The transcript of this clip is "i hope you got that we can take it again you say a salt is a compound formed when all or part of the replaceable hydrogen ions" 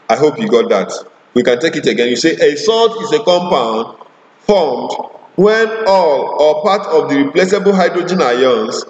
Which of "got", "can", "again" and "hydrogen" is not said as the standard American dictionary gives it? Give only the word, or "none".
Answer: none